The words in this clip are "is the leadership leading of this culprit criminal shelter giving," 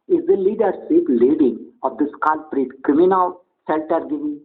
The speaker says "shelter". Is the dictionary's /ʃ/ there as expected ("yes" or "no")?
no